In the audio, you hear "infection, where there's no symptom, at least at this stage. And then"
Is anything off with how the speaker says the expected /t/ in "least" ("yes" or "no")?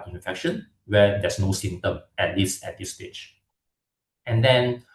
yes